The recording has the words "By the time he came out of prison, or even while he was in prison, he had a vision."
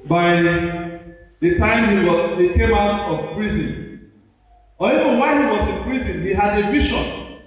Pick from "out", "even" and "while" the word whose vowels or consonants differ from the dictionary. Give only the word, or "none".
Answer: while